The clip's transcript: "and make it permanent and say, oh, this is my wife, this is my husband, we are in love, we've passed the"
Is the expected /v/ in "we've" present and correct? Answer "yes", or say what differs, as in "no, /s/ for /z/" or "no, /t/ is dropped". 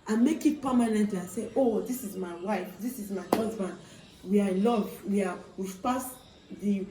no, /w/ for /v/